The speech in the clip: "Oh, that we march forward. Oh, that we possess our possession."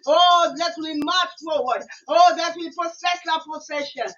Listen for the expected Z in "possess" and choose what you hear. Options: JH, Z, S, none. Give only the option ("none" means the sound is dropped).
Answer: S